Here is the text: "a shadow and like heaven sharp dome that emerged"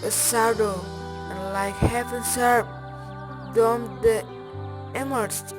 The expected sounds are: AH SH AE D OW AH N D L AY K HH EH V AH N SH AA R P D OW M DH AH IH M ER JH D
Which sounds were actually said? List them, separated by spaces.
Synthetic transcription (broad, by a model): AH S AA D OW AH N L AY K HH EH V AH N S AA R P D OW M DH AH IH M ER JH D